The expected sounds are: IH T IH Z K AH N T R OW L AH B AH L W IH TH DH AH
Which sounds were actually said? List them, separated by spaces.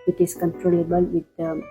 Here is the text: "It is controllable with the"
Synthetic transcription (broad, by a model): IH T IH S K AH N T R OW L AH B AH L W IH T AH